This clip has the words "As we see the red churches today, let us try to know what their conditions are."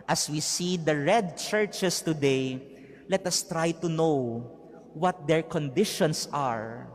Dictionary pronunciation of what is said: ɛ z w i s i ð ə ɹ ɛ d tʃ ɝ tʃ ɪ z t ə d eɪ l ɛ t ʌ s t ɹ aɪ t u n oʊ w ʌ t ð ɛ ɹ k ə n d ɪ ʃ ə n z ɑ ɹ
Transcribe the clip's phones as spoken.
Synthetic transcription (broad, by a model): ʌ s w i s i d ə ɹ ɛ d tʃ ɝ tʃ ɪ s t ə d eɪ l ɛ t ʌ s t ɹ aɪ t u n oʊ w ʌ t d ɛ ɹ k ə n d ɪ ʃ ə n s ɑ ɹ